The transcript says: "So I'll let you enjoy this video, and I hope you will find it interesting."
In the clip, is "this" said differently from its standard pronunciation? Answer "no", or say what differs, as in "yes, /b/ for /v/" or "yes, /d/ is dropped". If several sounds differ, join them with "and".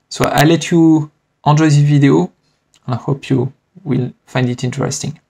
yes, /s/ is dropped